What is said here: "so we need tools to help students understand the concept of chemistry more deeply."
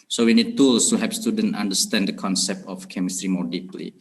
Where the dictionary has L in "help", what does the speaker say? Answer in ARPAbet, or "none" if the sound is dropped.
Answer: none